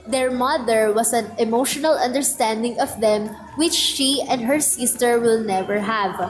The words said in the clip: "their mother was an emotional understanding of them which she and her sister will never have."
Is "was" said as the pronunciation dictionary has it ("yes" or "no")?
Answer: no